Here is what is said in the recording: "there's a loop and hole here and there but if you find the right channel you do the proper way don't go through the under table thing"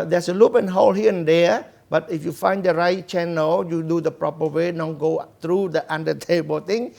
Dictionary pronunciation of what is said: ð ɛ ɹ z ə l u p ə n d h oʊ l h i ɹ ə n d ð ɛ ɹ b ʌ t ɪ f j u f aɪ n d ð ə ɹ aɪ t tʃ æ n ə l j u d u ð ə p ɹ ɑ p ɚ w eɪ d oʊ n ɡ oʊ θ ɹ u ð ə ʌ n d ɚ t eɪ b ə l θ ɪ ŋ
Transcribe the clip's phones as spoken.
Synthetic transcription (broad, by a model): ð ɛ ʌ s ə l u p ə n h oʊ l h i ə n d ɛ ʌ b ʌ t ɪ f j u f aɪ n d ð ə ɹ aɪ t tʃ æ n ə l j u d u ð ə p ɹ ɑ p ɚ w eɪ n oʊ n ɡ oʊ t ɹ u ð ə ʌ n d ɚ t eɪ b ə l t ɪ ŋ